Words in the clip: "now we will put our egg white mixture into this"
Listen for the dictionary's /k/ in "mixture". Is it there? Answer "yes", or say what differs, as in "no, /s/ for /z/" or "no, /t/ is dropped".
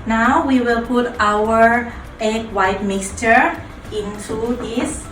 yes